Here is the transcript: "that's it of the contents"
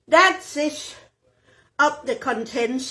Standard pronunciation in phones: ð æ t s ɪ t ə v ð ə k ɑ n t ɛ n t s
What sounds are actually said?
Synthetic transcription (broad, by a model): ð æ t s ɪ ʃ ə p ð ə k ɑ n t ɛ n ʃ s